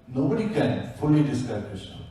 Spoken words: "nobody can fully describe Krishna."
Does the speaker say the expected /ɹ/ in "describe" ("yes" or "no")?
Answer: no